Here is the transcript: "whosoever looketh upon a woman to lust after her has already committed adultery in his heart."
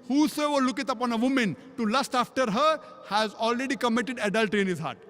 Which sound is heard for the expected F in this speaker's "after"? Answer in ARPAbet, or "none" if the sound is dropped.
F